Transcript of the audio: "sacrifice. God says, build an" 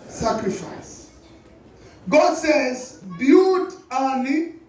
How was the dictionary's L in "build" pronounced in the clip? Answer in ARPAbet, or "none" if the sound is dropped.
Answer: none